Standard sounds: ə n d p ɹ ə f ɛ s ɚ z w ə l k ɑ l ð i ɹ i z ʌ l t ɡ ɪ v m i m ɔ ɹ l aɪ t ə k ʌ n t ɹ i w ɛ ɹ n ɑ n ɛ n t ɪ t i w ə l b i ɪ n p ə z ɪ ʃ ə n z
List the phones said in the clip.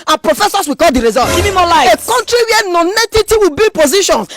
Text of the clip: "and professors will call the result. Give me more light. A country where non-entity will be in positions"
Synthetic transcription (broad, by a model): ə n p ɹ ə f ɛ s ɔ s w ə k ɑ l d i ɹ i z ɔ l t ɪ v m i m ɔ l aɪ ə k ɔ n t ɹ i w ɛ n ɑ n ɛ t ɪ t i w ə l b i p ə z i ʃ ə n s